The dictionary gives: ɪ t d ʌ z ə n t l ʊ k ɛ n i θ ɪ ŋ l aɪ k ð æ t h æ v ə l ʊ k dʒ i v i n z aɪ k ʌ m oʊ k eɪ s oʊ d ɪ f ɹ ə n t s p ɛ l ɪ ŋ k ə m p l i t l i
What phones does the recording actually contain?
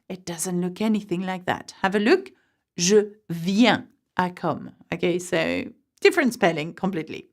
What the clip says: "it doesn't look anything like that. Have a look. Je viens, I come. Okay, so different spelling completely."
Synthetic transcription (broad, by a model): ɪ t d ʌ z ə n t l ʊ k ɛ n i θ ɪ ŋ l aɪ k ð æ t h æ v ə l ʊ k ʒ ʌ v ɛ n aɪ k ʌ m oʊ k eɪ s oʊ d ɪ f ɹ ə n s p ɛ l ɪ ŋ k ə m p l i t l i